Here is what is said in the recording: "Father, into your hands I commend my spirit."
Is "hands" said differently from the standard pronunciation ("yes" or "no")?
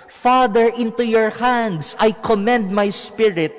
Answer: yes